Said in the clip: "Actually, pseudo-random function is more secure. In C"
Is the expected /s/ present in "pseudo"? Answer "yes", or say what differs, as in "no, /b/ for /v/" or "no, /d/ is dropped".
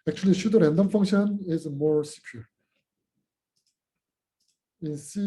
no, /ʃ/ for /s/